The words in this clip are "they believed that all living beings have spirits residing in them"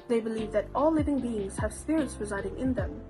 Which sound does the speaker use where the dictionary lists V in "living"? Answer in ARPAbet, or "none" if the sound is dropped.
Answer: V